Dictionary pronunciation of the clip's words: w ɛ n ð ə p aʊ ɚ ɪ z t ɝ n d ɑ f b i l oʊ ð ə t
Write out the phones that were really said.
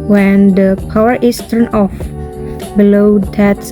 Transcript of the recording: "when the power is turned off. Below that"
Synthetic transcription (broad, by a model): w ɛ n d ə p aʊ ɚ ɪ s t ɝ n ɑ f b i l oʊ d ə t